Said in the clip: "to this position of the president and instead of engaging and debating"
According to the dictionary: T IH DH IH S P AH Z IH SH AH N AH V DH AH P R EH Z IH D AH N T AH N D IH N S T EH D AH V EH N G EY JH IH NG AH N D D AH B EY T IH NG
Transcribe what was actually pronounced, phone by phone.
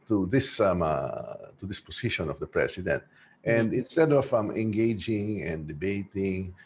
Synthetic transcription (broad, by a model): T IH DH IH S P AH S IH SH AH N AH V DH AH P R EH S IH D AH N T AH N D IH N S T EH D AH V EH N G EY JH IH NG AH N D D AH B EY T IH NG